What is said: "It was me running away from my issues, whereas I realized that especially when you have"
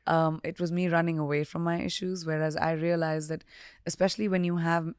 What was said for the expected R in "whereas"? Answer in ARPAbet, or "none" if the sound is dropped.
R